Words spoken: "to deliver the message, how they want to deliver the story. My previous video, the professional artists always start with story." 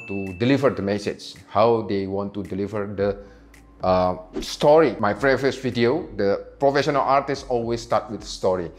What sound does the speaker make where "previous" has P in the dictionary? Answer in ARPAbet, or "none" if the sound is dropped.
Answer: F